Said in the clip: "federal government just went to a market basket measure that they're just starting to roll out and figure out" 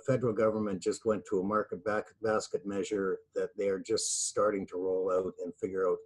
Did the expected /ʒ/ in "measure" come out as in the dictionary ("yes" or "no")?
yes